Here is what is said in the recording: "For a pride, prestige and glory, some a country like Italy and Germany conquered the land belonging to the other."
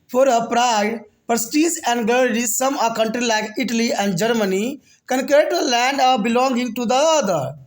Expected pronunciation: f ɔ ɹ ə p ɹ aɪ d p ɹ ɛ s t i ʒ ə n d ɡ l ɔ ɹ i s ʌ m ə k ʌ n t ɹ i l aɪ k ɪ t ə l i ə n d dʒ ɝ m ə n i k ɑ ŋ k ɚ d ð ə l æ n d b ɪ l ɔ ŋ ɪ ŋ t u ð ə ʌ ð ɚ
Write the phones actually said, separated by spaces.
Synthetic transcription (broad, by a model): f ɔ ɹ ə p ɹ aɪ d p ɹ s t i s ə n d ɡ ɔ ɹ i s ʌ m ə k ʌ n t ɹ i l aɪ k ɪ t ə l i ə n d dʒ ɝ m ə n i k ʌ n k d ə l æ n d b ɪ l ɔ ŋ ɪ ŋ t u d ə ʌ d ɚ